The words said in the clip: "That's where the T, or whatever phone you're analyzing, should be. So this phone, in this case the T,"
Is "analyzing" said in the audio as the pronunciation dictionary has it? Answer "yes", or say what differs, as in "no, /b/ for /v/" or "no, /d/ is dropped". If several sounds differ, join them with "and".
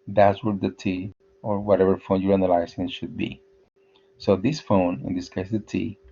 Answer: no, /s/ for /z/